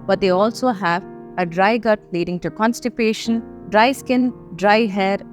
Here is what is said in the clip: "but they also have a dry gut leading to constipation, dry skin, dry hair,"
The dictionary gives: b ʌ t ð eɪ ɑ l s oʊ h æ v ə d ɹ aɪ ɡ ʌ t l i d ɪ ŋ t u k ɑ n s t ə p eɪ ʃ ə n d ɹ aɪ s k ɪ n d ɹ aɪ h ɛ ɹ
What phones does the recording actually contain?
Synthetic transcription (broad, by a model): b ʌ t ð eɪ ɑ l s oʊ h æ v ə d ɹ aɪ ɡ ʌ t l i d ɪ ŋ t u k ɑ n s t ə p eɪ ʃ ə n d ɹ aɪ s k ɪ n d ɹ aɪ h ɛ ɹ